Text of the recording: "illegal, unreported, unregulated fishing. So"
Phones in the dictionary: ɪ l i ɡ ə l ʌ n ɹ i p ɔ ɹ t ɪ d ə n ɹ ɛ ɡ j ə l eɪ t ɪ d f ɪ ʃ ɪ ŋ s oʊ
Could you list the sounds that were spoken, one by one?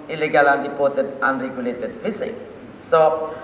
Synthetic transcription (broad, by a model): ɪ l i ɡ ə l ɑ n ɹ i p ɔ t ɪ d ə n ɹ ɛ ɡ j ə l eɪ t ɪ d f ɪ s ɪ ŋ s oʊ